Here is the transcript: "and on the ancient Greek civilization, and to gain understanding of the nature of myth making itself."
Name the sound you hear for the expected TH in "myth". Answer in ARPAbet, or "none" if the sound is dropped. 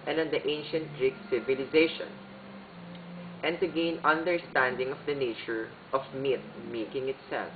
T